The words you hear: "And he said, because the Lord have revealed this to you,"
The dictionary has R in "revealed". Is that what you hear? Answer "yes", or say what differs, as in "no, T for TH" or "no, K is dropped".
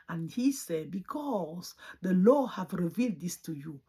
yes